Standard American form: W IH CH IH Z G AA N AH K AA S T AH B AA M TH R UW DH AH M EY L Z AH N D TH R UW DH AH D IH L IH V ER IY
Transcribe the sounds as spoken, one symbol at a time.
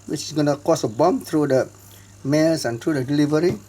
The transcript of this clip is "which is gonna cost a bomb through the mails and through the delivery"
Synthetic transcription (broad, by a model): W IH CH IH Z G AA N AH K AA S AH B AA M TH R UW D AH M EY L S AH N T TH R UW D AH D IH L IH V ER IY